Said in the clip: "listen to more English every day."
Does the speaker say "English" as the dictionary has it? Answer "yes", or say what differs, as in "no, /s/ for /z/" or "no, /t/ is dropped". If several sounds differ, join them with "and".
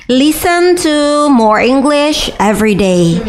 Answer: yes